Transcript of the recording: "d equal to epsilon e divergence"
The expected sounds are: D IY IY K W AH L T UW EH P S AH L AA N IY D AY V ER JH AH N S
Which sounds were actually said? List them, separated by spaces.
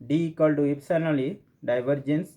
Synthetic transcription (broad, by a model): D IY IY K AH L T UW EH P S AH N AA L IY D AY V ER JH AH N S